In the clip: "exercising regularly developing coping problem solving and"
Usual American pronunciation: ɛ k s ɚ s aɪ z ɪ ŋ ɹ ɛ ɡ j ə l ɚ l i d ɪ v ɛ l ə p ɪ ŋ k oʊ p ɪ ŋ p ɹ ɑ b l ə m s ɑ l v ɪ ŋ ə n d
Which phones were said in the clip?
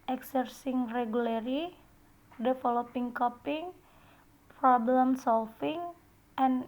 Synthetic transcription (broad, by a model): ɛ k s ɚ s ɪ ŋ ɹ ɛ ɡ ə l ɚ i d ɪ f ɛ l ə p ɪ ŋ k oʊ p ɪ ŋ p ɹ ɑ b l ə m s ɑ l f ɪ ŋ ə n